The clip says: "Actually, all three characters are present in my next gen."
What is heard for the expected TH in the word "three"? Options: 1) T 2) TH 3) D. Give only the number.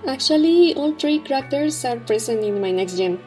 1